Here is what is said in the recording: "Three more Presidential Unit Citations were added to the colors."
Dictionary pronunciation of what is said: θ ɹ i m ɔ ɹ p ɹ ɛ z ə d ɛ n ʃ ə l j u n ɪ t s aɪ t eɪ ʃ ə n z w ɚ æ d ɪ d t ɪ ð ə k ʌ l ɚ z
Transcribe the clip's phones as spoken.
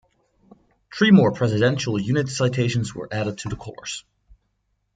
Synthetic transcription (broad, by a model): t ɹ i m ɔ ɹ p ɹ ɛ z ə d ɛ n ʃ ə l j u n ɪ t s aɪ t eɪ ʃ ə n z w ɚ æ d ɪ d t ɪ ð ə k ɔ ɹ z